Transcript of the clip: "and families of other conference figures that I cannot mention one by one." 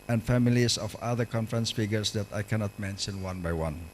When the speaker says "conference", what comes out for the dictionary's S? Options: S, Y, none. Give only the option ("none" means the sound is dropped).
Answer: S